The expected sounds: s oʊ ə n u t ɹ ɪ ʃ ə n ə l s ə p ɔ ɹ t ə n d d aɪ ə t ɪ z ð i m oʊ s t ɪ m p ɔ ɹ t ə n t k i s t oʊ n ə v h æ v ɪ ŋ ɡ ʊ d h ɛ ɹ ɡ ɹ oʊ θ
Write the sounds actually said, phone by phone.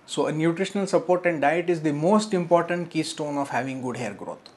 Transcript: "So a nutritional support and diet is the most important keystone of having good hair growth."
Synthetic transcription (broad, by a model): s oʊ ə n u t ɹ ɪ ʃ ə n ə l s ə p ɔ ɹ t ə n d d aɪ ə t ɪ z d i m oʊ s t ɪ m p ɔ ɹ t ə n t k i s t oʊ n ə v h æ v ɪ ŋ ɡ ʊ d h ɛ ɹ ɡ ɹ oʊ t